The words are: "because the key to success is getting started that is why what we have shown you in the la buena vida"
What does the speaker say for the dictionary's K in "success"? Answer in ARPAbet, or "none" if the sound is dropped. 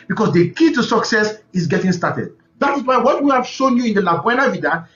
K